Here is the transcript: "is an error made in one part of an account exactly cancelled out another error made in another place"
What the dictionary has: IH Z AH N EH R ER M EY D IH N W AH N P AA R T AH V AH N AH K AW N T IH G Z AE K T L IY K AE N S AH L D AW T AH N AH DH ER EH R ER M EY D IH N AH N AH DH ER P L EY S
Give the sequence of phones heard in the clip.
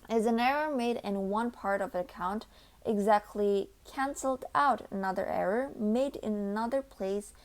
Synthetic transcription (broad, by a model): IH Z AH N EH R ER M EY D IH N W AH N P AA R T AH V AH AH K AW N T IH G Z AE K T L IY K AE N S L D AW T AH N AH DH ER EH R ER M EY D IH N AH N AH DH ER P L EY S